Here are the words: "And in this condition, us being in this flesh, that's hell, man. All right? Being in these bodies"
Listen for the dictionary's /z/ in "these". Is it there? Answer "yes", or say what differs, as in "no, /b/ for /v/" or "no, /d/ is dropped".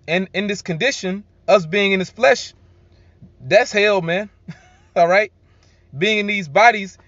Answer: yes